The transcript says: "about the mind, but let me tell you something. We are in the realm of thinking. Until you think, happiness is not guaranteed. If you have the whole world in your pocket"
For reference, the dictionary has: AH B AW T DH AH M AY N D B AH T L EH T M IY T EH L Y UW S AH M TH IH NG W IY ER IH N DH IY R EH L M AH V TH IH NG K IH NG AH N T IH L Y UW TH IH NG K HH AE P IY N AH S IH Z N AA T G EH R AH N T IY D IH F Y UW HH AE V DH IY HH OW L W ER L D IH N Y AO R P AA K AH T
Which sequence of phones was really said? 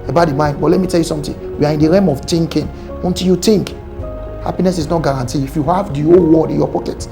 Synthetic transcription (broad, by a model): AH B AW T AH M AY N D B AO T L EH T M IY T EH L Y UW S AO M T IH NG W IY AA IH N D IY R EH M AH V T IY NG K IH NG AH N T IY L Y UW T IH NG K HH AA P IY N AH S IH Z N AA T G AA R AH N T IY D IH F Y UW HH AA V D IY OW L W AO D IH N Y AO P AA K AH T